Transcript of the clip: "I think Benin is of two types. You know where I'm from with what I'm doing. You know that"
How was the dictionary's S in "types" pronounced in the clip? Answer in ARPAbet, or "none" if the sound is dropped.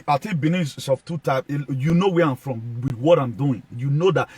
none